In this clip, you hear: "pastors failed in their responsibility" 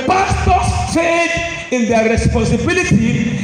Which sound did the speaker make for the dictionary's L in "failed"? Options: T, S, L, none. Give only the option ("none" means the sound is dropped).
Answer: none